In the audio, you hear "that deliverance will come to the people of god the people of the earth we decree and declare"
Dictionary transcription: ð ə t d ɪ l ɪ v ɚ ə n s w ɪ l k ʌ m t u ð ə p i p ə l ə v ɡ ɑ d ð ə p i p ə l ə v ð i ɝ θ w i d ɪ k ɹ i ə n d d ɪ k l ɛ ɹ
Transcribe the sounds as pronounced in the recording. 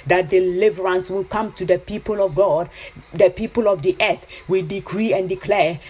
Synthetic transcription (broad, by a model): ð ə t d ɪ l ɪ v ɚ ə n s w ɪ l k ʌ m t u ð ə p i p ə l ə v ɡ ɑ d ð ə p i p ə l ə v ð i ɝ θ w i d ɪ k ɹ i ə n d d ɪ k l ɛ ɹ